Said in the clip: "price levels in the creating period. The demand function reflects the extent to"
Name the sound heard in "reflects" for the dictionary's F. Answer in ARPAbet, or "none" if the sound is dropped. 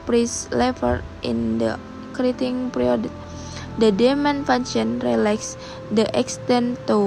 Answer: none